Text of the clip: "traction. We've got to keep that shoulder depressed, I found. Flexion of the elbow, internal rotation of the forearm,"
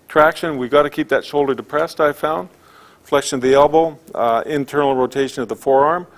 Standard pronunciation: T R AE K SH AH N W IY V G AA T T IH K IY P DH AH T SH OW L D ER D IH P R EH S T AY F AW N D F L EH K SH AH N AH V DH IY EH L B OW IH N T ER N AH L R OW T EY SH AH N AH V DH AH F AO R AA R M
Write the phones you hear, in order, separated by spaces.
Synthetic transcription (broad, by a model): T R AE K SH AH N W IY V G AA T T IH K IY P DH AH T SH OW L D ER D IH P R EH S T AY F AW N D F L EH K SH AH N DH IY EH L B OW IH N T ER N L R OW T EY SH AH N AH V DH AH F AO R AA R M